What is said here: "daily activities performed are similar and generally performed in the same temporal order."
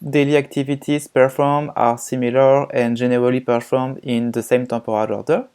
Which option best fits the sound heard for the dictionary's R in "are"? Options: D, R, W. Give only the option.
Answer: R